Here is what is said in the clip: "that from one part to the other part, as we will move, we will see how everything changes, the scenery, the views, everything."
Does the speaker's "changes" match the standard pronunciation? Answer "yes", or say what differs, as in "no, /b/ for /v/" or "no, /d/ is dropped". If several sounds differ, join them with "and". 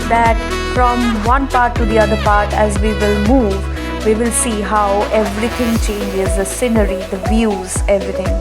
yes